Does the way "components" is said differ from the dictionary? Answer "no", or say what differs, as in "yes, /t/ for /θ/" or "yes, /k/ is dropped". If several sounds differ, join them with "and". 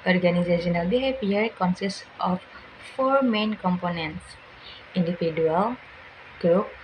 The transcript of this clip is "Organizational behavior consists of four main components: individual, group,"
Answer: no